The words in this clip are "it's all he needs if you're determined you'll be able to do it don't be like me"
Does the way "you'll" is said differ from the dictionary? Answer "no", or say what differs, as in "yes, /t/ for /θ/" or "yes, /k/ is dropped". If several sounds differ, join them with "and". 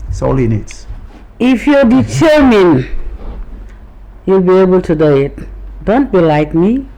no